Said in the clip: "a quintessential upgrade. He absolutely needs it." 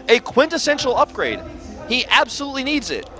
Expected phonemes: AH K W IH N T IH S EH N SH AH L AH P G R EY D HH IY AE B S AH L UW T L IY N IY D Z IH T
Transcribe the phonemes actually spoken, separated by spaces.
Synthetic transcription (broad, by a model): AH K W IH N T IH S EH N SH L AH P G R EY D HH IY AE B S AH L UW T L IY N IY D Z IH T